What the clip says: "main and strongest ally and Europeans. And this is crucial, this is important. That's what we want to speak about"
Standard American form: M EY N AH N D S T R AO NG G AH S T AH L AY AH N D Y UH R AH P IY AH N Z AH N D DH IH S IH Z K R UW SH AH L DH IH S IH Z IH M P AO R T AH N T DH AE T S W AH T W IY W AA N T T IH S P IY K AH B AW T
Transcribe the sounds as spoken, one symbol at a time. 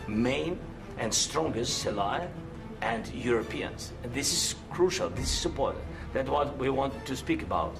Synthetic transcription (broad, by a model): M EY N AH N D S T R AO NG G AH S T AH L AY AH N D Y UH R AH P IY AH N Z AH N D DH IH S IH Z K R UW SH AH L DH IH S IH Z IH P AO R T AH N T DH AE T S W AH T W IY W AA N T T IH S P IY K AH B AW T